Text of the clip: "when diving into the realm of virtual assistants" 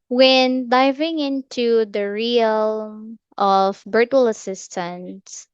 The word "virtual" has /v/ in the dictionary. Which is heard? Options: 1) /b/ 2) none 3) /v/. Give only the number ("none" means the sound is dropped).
1